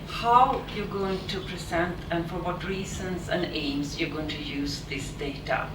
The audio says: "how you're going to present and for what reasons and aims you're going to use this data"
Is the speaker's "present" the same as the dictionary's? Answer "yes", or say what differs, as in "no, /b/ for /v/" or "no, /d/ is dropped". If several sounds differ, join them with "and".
no, /s/ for /z/